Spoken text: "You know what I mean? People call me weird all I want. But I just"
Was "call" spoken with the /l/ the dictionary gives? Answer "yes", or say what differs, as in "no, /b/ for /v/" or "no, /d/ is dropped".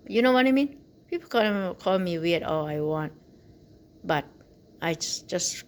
yes